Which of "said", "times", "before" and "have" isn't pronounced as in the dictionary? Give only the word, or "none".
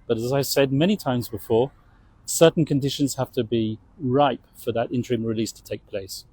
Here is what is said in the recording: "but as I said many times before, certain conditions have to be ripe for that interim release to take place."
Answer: have